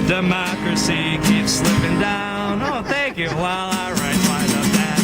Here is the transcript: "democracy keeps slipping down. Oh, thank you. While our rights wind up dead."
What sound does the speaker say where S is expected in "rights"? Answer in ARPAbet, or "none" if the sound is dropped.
none